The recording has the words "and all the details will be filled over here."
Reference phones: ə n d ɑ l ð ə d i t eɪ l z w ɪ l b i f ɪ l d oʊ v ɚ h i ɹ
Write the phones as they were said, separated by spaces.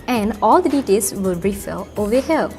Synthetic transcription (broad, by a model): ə n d ɑ l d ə d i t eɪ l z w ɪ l b i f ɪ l oʊ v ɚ h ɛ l